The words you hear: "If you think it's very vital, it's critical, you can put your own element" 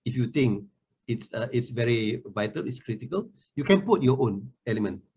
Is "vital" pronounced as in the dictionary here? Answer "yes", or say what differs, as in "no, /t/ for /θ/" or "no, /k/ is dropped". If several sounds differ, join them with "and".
yes